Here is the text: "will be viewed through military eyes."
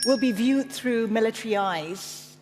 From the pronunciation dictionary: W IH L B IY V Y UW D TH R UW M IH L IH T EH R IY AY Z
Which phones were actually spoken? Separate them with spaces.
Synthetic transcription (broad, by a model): W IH L B IY V Y UW D TH R UW M IH L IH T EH R IY AY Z